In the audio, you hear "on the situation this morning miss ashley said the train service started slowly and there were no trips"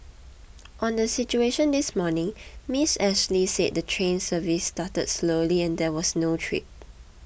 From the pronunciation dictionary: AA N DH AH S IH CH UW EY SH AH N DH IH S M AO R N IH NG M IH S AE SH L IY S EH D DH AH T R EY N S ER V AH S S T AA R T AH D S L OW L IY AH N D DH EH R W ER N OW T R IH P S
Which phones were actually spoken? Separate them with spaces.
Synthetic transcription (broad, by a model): AA N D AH S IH CH UW EY SH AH N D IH S M AO N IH NG M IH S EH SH L IY S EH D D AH T R EY N S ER V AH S S T AA T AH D S L OW L IY AH N D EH W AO N OW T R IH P